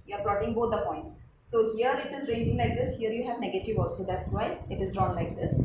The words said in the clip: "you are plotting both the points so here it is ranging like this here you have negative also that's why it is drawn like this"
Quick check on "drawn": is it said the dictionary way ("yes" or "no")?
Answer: yes